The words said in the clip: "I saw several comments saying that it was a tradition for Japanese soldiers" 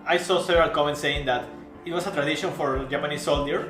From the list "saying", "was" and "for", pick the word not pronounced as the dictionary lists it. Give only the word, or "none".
was